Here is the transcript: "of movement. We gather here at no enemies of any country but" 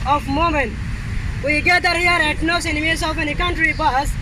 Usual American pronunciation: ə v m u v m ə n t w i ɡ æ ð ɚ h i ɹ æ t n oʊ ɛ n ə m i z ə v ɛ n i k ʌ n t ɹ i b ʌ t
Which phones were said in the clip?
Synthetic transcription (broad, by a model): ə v m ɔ m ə n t w i ɡ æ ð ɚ h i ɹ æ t n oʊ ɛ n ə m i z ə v ɛ n i k ʌ n t ɹ i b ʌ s